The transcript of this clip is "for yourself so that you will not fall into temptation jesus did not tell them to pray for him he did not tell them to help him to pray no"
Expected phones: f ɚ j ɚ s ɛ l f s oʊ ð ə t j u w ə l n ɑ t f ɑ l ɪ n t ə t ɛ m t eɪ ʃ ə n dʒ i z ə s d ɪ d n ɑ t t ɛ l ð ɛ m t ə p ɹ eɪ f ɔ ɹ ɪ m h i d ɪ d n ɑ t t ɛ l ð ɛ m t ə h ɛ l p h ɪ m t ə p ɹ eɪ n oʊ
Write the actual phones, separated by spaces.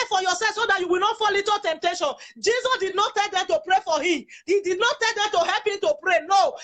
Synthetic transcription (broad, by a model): f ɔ j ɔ s ɛ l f s oʊ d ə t j u w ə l n ɑ t f ɑ l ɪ t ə t ɛ m t eɪ ʃ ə n dʒ i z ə s d ɪ d n ɑ t t ɛ l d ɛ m t ə p ɹ eɪ f ɔ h ɪ m h i d ɪ d n ɑ t t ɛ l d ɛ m t ə h ɛ l p h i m t ə p ɹ eɪ n oʊ